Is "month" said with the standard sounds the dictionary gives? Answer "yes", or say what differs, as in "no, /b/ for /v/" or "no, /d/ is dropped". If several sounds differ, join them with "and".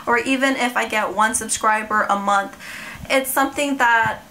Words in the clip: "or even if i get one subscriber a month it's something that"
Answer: yes